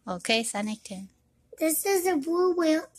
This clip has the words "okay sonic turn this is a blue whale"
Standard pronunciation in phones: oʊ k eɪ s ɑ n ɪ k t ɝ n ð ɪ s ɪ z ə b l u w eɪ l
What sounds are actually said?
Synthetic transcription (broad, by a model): oʊ k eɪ s ɑ n ɪ k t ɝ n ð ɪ s ɪ z ə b u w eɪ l